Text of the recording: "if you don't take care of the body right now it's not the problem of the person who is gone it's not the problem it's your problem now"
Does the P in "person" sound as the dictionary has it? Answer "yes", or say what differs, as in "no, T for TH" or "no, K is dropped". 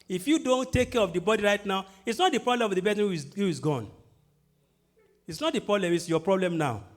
no, B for P